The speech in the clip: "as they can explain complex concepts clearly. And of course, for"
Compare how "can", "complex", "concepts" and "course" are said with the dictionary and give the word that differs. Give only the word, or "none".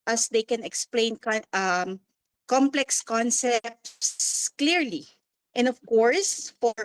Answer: none